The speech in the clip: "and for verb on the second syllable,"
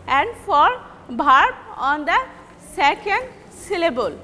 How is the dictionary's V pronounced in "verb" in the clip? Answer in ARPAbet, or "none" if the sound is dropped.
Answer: B